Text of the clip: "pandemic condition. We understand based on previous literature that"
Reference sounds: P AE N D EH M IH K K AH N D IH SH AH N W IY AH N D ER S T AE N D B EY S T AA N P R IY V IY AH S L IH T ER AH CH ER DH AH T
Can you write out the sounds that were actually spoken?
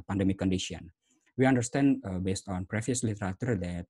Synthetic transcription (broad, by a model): P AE N D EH M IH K K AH N D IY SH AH N W IY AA N D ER S T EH N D B EY S T AA N P R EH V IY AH S L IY T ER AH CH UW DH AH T